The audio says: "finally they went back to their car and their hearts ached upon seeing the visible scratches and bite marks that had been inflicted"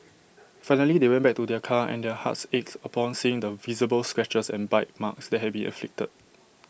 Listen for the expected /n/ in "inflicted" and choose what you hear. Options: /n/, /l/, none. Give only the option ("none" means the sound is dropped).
none